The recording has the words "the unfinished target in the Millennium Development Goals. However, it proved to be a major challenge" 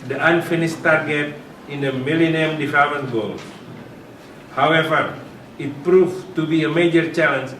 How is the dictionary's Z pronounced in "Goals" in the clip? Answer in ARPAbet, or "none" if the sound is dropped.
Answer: none